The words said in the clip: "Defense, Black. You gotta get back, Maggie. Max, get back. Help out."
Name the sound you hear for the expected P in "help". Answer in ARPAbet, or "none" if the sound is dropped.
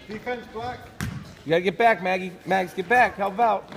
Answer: B